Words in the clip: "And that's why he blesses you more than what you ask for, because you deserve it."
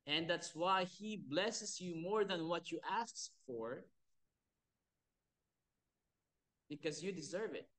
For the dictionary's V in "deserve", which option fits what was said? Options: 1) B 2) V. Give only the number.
2